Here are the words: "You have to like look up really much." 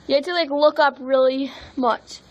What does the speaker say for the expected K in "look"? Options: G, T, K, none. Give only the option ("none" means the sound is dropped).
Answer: K